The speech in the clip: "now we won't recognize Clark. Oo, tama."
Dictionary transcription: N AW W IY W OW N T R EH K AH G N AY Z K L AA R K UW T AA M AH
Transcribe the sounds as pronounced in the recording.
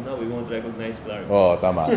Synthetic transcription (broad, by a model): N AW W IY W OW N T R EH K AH N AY S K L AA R AO T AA M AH